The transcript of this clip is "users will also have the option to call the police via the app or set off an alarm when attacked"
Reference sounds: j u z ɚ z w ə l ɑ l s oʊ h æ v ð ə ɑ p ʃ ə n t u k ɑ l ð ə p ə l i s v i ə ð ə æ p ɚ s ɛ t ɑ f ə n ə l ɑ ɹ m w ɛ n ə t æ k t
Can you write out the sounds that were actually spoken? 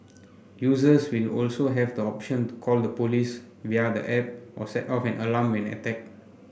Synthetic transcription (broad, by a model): j u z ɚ s w ə l ɑ l s oʊ h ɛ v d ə ɑ p ʃ ə n t u k ɑ l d ə p ə l i s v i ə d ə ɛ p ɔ s ɛ t ɑ f ə n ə l ɑ m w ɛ n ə t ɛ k